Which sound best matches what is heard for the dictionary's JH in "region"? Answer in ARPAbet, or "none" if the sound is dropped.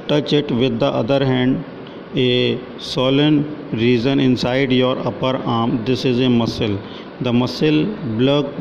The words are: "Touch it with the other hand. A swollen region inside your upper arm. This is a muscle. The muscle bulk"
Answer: Z